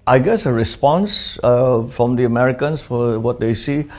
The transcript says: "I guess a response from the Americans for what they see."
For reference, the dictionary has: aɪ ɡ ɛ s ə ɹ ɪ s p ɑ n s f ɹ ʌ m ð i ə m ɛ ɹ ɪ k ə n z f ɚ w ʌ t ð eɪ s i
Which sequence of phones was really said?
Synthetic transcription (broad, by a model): aɪ ɡ ɛ s ə ɹ ɪ s p ɑ n s f ɹ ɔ m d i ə m ɛ ɹ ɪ k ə n s f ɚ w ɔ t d eɪ s i